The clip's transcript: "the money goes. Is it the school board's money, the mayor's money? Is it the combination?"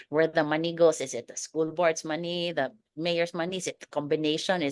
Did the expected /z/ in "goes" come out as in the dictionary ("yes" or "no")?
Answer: no